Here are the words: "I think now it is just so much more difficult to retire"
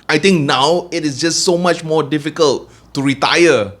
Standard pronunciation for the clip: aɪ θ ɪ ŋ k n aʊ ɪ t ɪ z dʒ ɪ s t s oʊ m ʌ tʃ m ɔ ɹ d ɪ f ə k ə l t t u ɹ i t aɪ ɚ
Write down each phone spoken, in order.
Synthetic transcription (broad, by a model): aɪ t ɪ ŋ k n aʊ ɪ t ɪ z dʒ ɪ s t s oʊ m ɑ tʃ m ɔ d ɪ f ə k ə l t t u ɹ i t aɪ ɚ